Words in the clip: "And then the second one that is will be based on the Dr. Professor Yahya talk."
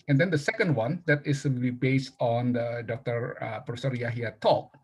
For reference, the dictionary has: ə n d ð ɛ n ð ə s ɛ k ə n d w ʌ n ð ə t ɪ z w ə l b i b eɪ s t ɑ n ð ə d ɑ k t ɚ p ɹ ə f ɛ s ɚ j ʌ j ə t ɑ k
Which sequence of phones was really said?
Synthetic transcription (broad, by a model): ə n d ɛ n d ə s ɛ k ə n d w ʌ n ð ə t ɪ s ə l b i b eɪ s t ɑ n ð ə d ɑ k t ɚ p ɹ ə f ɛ s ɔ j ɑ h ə t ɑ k